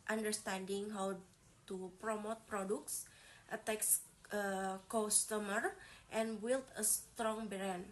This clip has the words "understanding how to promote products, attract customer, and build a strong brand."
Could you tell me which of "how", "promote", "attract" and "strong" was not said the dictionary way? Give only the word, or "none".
attract